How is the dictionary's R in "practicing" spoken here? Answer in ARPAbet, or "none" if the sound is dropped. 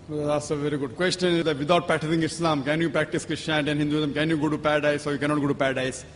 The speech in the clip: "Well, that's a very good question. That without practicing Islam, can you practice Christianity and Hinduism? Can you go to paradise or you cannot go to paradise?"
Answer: none